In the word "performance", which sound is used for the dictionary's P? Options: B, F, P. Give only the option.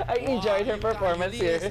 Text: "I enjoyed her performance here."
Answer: P